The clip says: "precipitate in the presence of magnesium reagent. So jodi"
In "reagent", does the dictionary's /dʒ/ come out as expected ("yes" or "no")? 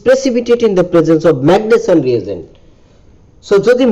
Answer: no